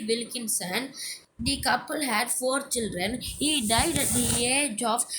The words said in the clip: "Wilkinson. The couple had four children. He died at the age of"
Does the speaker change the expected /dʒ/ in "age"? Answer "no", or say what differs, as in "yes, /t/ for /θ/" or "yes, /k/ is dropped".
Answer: no